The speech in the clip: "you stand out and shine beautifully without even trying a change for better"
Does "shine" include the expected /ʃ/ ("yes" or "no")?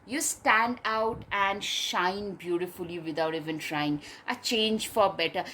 yes